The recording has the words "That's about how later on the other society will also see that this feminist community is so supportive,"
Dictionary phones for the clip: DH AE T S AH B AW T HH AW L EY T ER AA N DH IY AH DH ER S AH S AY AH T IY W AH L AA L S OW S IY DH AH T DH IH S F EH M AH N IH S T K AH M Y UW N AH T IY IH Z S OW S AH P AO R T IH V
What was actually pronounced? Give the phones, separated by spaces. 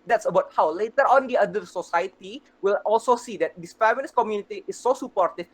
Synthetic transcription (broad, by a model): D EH T S AH B AW T HH AW L EY T ER AA N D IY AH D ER S AH S AY AH T IY W AH L AA L S OW S IY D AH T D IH S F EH M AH L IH S K AH M Y UW N AH T IY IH S OW S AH P AO R T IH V